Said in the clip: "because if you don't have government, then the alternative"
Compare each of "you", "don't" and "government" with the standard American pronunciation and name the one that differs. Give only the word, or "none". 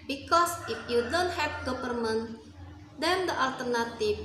government